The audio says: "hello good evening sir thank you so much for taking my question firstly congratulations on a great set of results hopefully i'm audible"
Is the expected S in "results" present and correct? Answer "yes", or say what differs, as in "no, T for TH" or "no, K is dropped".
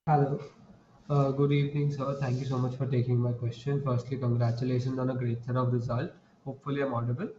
no, S is dropped